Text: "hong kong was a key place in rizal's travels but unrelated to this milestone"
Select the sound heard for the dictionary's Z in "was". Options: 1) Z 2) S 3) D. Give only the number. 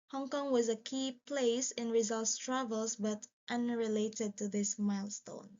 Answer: 1